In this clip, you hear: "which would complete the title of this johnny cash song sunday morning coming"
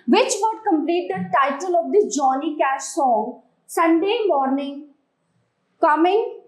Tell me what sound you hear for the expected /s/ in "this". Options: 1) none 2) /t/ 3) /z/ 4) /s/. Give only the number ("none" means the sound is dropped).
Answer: 1